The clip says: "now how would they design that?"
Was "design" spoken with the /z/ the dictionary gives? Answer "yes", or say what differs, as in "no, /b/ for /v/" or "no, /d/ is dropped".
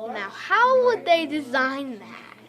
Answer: yes